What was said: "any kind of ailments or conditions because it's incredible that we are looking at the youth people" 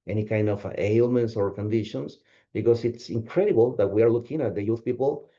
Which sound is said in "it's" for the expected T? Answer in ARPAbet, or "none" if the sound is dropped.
T